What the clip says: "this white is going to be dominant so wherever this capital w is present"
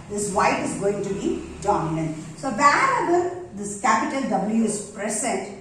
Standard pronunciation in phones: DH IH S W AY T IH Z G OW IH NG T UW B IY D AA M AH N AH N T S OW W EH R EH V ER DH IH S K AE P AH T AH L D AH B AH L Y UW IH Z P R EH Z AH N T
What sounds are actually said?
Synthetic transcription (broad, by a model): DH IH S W AY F IH Z G OW IH NG T UW B IY D AA M AH N AH N T S OW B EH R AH B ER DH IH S K AE P AH T AH L D AH B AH L Y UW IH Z P R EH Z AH N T